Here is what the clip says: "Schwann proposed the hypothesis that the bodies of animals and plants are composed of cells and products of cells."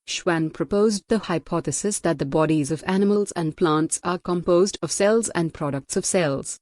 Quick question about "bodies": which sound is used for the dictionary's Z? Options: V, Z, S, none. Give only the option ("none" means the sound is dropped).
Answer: Z